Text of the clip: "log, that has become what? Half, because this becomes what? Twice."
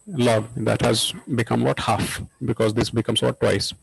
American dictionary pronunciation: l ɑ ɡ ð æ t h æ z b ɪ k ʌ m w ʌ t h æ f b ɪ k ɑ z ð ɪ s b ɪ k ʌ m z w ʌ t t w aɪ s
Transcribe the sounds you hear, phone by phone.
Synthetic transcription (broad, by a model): l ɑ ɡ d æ t h æ z b ɪ k ʌ m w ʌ t h æ f b ɪ k ɑ z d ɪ s b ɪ k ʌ m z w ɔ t t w aɪ s